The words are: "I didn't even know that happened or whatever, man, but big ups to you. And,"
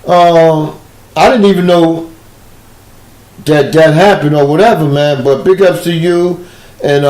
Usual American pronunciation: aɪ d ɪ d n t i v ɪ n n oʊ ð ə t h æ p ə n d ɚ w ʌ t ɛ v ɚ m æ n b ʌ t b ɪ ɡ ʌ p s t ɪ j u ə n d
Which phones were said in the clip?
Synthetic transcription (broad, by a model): aɪ d ɪ d n t i v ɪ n n oʊ ð ə t h æ p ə n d ɚ w ʌ t ɛ v ɚ m æ n b ʌ t b ɪ ɡ ʌ p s t ɪ j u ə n